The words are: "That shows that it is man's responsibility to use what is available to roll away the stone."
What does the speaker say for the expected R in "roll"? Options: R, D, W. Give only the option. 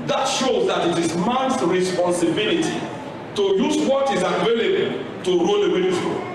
R